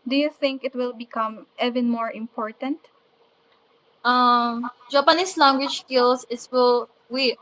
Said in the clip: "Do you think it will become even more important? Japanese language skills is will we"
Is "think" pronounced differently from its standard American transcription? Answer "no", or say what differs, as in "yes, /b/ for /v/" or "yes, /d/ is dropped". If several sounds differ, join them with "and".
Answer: no